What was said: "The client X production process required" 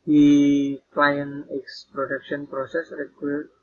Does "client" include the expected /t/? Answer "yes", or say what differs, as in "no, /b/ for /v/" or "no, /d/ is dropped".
no, /t/ is dropped